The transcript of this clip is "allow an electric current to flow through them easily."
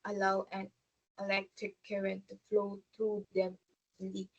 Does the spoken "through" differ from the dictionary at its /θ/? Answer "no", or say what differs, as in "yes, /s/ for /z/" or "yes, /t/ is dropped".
yes, /t/ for /θ/